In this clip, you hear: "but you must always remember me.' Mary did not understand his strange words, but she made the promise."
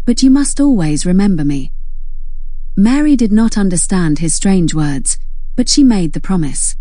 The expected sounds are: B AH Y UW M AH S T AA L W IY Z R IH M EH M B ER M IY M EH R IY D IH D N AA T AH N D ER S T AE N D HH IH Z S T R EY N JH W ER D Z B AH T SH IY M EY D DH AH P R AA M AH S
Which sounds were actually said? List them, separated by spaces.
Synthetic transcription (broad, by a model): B AH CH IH M AH S T AA L W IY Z R IH M EH M B ER M IY M EH R IY D IH D N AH T AH N D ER S T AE N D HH IH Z S T R EY N JH W ER D Z B AH T SH IY M EY D DH AH P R AA M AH S